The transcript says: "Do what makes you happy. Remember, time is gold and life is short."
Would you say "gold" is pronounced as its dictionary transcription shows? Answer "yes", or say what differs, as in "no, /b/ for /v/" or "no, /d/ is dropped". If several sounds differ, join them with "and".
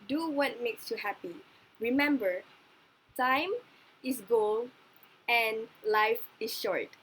no, /d/ is dropped